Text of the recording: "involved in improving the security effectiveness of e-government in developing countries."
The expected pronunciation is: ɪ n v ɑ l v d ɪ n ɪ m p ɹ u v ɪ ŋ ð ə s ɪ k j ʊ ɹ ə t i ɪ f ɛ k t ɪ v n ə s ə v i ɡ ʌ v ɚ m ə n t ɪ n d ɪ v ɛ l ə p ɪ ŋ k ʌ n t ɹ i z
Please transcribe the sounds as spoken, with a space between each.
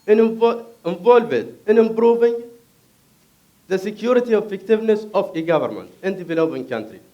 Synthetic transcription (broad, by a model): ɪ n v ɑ l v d ɪ n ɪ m b ɹ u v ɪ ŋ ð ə s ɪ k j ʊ ɹ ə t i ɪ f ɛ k t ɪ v n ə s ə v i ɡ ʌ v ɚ m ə n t ɪ n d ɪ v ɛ l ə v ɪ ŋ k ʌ n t ɹ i